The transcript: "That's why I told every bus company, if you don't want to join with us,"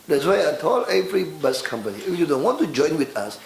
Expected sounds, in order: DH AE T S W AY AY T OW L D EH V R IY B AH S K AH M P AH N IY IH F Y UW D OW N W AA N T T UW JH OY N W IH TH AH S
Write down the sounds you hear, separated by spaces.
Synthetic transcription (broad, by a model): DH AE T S W AY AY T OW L EH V R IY B AH S K AH M P AH N IY IH F Y UW D OW N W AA N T T UW JH OY N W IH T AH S